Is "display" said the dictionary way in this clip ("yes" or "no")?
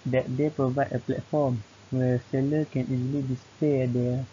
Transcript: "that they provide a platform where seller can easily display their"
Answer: no